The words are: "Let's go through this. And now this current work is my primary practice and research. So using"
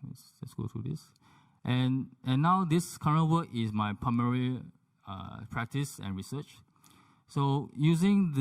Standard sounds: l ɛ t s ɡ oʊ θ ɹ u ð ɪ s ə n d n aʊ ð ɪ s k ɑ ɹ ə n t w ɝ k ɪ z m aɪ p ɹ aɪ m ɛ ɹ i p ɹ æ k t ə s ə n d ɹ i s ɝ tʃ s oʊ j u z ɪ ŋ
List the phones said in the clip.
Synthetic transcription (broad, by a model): l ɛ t s ɡ oʊ t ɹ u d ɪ s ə n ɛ n aʊ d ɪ s k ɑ ɹ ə n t w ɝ k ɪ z m aɪ p ɹ aɪ m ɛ ɹ i p ɹ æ k t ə s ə n ɹ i s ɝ tʃ s oʊ j u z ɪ ŋ